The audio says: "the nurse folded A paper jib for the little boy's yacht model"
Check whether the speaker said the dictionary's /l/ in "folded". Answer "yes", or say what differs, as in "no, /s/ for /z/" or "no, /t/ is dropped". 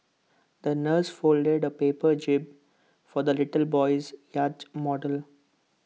yes